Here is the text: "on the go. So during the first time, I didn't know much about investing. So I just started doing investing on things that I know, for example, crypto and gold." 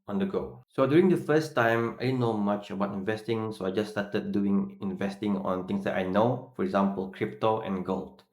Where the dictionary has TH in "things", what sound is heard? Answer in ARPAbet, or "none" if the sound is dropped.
T